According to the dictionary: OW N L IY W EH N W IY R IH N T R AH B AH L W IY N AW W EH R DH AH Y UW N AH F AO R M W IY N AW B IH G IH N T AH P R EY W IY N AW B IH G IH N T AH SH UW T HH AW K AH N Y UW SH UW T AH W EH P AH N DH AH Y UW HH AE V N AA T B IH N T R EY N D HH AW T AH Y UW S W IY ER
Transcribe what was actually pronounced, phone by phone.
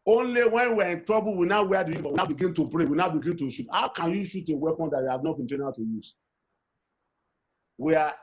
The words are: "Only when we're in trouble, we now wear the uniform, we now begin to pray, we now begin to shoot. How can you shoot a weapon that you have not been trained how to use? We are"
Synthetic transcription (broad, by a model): OW N L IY W EH N W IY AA IH N T R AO B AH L W IY N AW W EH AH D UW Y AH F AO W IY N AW B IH G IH N T AH P R EY W IY N AW B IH G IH N T AH SH UW T HH AW K AH N Y UW SH UW T AH W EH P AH N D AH Y UW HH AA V N AA T B IH N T EY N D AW T AH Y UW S W IY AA